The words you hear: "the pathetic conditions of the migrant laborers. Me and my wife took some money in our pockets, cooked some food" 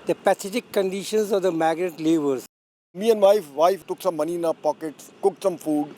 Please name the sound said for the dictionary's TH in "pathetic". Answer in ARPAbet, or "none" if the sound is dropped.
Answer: S